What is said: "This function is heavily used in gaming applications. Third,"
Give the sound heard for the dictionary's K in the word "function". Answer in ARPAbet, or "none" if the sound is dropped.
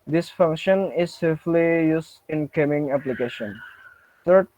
K